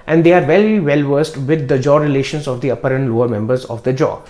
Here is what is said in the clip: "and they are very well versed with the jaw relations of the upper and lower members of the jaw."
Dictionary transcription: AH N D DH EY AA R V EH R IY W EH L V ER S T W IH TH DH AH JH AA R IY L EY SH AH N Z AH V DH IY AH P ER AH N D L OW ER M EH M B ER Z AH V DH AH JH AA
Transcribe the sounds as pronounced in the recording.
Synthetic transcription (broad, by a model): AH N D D EY AA R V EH L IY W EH L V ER S T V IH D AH JH AA R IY L EY SH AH N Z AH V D IY AH P ER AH N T L OW ER M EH M B ER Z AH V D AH JH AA